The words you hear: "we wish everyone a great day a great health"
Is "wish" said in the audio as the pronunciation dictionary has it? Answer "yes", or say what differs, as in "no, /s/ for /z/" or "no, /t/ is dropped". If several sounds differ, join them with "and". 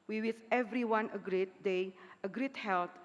no, /s/ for /ʃ/